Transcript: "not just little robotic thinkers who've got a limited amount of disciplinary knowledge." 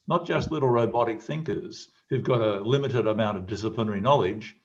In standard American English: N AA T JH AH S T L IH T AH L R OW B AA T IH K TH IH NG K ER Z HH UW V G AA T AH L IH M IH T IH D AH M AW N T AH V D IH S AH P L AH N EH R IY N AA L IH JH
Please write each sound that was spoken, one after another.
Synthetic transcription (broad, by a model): N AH T JH AH S T L IH T L R OW B AA T IH K TH IH NG K ER Z HH UW V G AA T AH L IH M IH T IH D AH M AW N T AH V D IH S AH P L AH N EH R IY N AA L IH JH